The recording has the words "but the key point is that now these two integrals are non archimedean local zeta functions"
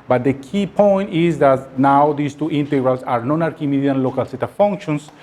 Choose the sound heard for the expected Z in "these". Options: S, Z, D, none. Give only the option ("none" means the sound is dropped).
S